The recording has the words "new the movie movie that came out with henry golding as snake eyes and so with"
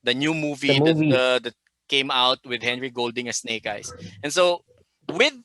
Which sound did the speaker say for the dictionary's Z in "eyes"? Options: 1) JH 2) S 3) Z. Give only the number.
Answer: 2